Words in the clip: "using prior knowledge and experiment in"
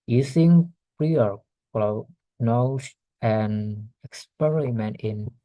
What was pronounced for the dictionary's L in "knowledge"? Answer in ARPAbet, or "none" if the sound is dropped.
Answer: N